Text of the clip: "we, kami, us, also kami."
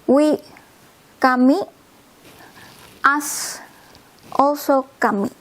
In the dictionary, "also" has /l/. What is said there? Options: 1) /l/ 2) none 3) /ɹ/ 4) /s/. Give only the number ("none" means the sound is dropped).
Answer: 2